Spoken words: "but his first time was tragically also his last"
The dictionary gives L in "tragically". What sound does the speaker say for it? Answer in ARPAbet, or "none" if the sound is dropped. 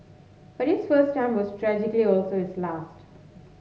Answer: L